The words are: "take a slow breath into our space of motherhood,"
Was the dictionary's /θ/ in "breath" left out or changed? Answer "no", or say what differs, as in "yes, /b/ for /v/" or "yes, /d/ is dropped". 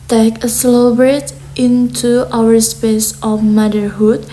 yes, /t/ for /θ/